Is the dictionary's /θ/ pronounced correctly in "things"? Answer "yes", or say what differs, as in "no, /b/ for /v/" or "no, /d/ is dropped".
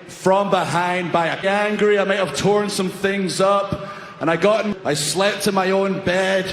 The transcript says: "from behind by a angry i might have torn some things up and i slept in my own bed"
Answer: yes